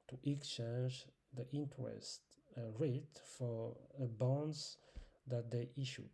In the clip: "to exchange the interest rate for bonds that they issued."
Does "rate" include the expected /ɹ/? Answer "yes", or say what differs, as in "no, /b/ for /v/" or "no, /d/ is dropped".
yes